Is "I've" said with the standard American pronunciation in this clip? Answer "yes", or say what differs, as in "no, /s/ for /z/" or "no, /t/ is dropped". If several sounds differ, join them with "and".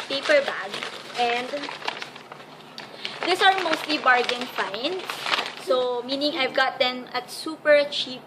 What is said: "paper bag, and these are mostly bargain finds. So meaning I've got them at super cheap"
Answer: yes